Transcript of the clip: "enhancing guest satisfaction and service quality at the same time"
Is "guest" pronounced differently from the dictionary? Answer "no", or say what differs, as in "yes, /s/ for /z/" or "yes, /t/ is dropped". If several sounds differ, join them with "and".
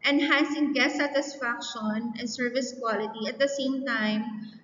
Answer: yes, /s/ is dropped